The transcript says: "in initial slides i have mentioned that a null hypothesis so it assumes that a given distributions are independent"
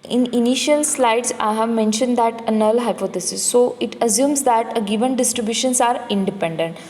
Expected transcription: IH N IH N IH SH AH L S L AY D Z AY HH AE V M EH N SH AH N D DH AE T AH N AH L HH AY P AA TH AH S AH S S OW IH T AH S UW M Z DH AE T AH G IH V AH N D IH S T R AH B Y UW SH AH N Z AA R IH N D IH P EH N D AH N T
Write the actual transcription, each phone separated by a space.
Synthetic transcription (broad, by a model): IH N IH N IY SH AH L S L AY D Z AY HH AE V M EH N SH AH N D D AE T AH N AH L HH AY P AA T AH S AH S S OW IH T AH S UW M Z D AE T AH G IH V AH N D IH S T R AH B Y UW SH AH N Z AA R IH N D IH P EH N D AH N T